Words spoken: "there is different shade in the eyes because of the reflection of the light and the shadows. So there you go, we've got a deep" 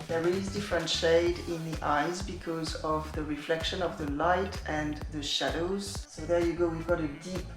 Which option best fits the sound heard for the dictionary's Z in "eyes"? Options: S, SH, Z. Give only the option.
Z